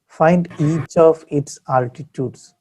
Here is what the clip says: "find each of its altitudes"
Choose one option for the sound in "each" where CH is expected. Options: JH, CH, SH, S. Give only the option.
CH